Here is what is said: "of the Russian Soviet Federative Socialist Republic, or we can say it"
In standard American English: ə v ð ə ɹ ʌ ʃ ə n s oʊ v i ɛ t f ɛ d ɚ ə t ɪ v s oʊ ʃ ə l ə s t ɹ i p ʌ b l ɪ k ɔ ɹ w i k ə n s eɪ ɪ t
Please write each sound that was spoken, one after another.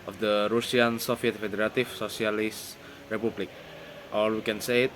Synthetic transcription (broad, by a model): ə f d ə ɹ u s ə n s oʊ f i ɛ t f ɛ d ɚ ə t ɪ f s oʊ s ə l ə s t ɹ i p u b l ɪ k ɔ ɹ w i k ə n s eɪ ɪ t